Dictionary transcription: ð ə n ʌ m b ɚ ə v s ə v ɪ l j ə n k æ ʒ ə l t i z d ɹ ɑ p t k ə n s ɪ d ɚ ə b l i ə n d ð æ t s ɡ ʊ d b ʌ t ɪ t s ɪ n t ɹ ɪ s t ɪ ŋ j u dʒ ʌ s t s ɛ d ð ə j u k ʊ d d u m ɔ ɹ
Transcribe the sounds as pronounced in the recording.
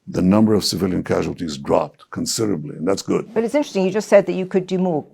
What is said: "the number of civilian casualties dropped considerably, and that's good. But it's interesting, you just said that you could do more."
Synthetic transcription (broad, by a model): ð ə n ʌ m b ɚ ə v s ə v ɪ l j ə n k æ ʒ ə l t i z d ɹ ɑ p t k ə n s ɪ d ɚ ə b l i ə n ð æ t s ɡ ʊ d b ʌ t ɪ t s ɪ n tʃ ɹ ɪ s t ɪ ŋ j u dʒ ʌ s t s ɛ d ð ə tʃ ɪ k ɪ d d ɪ m ɔ ɹ